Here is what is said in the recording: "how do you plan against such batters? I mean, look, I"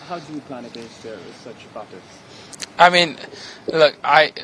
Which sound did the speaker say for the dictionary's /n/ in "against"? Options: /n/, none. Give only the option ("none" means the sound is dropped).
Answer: none